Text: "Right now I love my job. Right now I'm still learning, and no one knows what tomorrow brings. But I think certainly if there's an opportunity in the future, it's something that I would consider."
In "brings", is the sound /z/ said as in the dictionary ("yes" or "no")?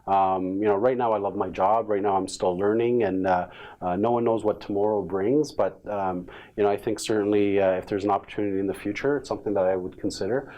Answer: yes